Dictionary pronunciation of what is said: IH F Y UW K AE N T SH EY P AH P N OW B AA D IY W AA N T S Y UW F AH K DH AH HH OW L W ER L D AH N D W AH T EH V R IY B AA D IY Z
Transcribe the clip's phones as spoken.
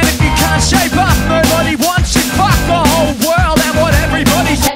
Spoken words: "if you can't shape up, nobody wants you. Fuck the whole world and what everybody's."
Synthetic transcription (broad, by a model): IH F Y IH K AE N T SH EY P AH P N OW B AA D IY W AA N T S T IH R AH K DH AH HH OW L W ER L D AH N W AH T EH V R IY B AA D IY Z